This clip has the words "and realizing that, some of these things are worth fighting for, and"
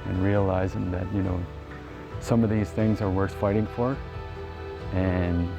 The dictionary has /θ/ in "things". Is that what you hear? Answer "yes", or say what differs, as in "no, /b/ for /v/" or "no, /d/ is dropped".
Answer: yes